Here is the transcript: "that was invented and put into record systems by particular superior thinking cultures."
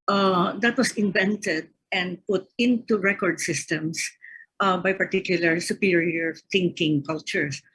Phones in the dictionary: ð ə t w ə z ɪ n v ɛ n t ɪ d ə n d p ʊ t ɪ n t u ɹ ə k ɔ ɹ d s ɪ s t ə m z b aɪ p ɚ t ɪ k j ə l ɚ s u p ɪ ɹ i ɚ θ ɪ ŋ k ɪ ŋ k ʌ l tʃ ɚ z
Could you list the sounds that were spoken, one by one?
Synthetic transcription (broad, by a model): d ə t w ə s ɪ n v ɛ n t ɪ d ə n d p ʊ t ɪ n t u ɹ ə k ɔ ɹ d s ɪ s t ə m s b aɪ p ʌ t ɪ k j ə l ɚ s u p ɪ ɹ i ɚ θ ɪ ŋ k ɪ ŋ k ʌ l tʃ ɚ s